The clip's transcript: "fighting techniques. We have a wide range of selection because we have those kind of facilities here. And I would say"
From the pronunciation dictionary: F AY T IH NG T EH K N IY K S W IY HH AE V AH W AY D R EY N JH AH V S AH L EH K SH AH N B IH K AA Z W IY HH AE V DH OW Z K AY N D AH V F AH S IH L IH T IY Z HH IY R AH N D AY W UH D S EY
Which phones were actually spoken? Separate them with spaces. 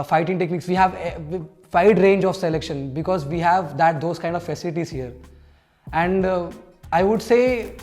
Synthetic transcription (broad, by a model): F AY T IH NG T EH K N IY K S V IY HH AE V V AY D R EY N JH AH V S AH L EH K SH AH N B IH K AA Z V IY HH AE V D OW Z K AY N D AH F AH S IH L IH T IY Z HH IY R AH N D AY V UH D S EY